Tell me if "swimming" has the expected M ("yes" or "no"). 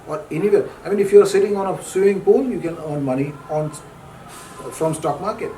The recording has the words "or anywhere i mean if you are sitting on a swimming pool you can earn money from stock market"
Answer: no